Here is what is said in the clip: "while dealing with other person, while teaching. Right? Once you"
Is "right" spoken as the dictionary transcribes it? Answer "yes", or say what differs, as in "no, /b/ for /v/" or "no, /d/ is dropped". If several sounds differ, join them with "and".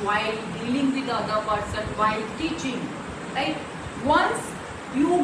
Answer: no, /l/ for /ɹ/